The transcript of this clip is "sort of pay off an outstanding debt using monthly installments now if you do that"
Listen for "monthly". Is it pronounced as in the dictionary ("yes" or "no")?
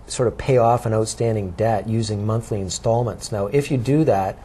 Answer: yes